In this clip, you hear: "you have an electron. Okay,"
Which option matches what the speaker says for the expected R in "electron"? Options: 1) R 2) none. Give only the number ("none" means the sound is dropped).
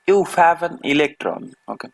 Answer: 1